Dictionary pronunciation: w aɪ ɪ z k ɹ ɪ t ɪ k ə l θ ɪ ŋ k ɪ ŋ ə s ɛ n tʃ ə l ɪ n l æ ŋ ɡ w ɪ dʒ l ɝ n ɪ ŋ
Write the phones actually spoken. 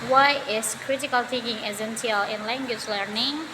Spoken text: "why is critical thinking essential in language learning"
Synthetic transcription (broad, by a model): w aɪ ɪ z k ɹ ɪ t ɪ k ə l t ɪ k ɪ ŋ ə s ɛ n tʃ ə l ɪ n l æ ŋ ɡ w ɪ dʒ l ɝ n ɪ ŋ